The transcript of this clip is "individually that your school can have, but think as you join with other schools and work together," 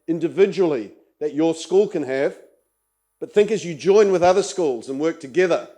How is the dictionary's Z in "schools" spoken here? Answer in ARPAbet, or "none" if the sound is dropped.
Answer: Z